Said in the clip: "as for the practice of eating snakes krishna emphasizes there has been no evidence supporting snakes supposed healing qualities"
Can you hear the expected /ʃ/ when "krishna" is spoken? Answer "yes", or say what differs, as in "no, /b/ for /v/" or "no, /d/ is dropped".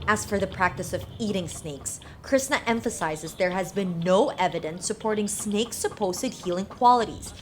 no, /s/ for /ʃ/